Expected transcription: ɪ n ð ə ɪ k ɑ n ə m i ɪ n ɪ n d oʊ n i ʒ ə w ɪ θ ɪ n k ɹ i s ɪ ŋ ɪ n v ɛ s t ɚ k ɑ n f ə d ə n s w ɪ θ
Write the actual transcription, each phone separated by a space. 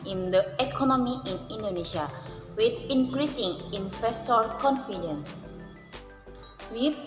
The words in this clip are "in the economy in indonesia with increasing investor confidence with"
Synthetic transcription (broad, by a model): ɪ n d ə ɪ k ɑ n ə m i ɪ n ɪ n d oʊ n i ʃ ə w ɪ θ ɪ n k ɹ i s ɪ ŋ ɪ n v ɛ s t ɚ k ɑ n f ə d ə n s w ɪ